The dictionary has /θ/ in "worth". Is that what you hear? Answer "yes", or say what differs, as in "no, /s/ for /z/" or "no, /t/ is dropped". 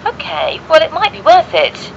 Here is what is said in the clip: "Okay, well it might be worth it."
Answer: yes